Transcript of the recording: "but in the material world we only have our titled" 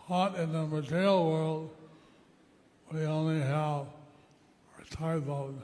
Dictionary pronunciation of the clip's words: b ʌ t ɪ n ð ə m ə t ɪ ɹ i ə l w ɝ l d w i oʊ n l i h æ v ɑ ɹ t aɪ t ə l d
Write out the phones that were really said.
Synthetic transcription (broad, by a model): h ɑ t ɪ n ð ə m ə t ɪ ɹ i l w ɝ l d w i oʊ n l i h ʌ v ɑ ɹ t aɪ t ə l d